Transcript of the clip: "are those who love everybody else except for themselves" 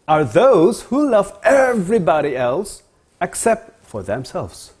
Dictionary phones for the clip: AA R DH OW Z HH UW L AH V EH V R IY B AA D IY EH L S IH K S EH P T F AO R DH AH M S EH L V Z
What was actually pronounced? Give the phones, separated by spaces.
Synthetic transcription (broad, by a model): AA R DH OW Z HH UW L AH V EH V R IY B AA D IY EH L S IH K S EH P T F AO R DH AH M S EH L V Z